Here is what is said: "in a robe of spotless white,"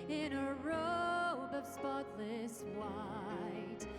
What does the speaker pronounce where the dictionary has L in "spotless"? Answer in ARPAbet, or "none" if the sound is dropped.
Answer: L